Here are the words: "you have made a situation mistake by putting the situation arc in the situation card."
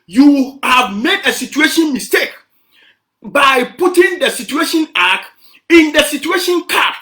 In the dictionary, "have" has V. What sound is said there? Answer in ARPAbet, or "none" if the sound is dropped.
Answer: V